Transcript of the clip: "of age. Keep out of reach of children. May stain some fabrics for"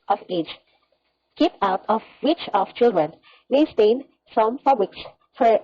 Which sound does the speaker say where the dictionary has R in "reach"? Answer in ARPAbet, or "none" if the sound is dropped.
W